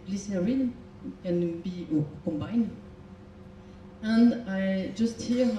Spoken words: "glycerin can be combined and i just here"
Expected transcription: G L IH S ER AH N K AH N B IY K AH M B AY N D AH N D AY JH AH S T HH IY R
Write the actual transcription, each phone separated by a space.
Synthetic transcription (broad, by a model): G L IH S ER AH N K AH N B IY K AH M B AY N AH N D AY JH AH S T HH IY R